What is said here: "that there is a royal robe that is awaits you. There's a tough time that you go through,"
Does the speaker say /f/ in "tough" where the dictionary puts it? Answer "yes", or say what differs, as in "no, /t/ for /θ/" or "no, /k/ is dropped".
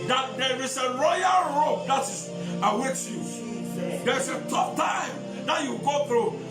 no, /p/ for /f/